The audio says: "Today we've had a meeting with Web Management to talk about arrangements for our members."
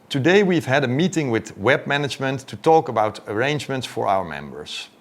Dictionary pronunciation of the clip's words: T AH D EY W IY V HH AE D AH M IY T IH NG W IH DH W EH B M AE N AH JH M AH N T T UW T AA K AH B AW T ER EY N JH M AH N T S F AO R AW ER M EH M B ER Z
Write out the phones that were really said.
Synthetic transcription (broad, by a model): T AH D EY W IY V HH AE D AH M IY T IH NG W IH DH W EH B M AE N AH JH M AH N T T UW T AA K AH B AW T ER EY N JH M AH N T S F AO R AW ER M EH M B ER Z